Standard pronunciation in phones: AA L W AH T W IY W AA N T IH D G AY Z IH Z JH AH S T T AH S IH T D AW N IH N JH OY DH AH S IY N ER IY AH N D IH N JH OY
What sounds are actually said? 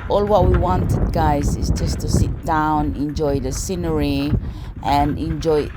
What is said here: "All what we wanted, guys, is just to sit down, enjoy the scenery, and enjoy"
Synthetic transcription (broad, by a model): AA L W AH T W IY W AA N T IH D G AY Z IH Z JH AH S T T AH S IH T D AW N IH N JH OY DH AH S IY N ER IY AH N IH N JH OY